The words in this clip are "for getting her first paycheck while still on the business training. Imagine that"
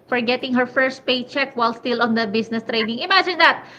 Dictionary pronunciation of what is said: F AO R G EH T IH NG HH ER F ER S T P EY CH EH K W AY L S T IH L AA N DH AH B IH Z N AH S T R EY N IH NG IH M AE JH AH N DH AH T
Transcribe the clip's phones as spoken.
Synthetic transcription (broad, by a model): F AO R G EH T IH NG HH ER F ER S T P EY CH EH K W AY L S T IH L AA N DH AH B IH S N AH S T R EY N IH NG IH M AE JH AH N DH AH T